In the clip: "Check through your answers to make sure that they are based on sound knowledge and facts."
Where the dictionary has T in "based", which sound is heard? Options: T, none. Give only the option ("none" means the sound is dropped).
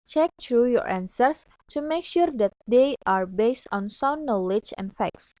T